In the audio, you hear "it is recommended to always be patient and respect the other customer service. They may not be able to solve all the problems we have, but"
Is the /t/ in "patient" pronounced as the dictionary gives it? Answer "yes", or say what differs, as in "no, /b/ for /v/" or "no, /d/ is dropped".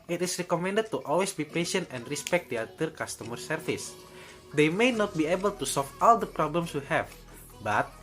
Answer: yes